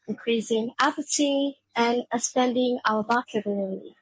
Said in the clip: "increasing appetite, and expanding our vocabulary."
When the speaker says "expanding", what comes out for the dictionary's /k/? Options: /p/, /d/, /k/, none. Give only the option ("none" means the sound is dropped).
none